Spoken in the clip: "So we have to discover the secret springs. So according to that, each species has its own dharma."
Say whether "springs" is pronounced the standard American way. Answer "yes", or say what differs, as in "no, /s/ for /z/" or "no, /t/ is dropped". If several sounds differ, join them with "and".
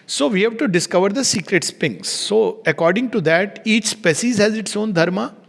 no, /ɹ/ is dropped